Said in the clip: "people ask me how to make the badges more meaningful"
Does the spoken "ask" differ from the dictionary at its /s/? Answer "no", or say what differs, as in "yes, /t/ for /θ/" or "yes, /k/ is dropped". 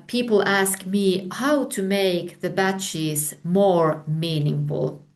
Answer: no